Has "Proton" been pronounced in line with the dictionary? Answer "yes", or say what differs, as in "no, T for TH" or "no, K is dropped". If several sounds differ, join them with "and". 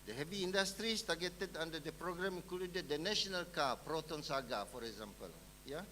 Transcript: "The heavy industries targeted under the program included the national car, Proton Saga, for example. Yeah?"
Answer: yes